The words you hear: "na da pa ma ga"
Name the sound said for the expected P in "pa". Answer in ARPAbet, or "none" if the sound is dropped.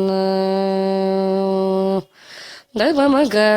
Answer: B